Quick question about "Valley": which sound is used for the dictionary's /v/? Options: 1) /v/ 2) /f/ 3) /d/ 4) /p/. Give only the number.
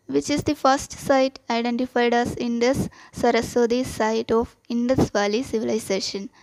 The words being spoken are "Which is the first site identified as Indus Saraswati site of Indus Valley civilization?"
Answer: 1